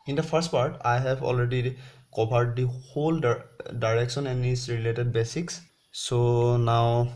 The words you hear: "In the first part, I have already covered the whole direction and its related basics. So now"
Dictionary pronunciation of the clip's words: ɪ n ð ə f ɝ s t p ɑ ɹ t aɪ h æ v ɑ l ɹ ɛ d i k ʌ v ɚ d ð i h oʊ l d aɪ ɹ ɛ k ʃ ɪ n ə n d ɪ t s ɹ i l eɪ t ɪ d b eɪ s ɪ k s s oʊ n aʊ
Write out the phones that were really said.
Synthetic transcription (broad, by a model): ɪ n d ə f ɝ s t p ɑ ɹ t aɪ h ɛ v ɑ l ɹ ɛ d i k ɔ b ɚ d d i h oʊ l d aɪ ɹ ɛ k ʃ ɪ n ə n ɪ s ɹ i l eɪ t ɪ d b eɪ s ɪ k s s oʊ n aʊ